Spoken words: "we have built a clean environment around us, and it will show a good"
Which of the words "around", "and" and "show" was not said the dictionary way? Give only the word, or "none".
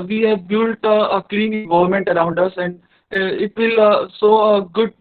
show